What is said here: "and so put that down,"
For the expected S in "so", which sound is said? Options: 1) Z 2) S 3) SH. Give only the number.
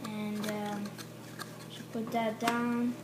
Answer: 3